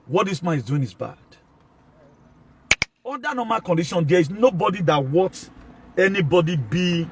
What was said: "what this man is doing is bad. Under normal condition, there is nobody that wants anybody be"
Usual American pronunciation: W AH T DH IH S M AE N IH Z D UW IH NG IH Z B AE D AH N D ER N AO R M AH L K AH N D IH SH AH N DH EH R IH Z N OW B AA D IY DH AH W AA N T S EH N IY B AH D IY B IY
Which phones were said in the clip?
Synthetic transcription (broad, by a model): W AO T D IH S M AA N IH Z D UW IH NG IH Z B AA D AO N D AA N AO M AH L K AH N D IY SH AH N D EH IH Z N OW B AA D IY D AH W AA T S EH N IY B AH D IY B IY